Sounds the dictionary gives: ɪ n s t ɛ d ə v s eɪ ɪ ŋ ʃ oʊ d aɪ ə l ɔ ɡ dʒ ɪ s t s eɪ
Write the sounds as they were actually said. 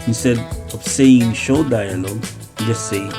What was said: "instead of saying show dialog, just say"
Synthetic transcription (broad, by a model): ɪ s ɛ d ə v s eɪ ɪ ŋ ʃ oʊ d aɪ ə n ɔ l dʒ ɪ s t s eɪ